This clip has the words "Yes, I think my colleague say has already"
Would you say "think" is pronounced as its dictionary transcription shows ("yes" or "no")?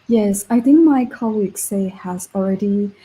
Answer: yes